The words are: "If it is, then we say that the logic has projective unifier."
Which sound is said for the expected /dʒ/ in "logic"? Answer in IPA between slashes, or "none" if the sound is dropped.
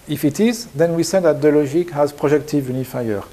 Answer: /ʒ/